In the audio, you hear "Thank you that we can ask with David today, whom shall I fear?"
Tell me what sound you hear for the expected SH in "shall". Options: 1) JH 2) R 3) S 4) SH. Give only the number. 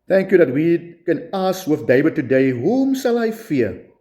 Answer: 3